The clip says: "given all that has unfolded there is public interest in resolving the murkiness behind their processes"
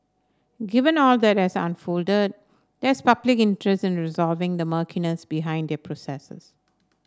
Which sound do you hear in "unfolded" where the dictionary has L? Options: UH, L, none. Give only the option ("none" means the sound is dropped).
L